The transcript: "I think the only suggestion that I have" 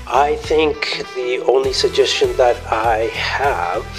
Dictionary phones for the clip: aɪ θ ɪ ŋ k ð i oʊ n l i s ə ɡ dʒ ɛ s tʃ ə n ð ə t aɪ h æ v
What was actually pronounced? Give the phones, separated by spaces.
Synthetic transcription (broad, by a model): aɪ θ ɪ ŋ k ð i oʊ n l i s ə ɡ dʒ ɛ s tʃ ə n ð ə t aɪ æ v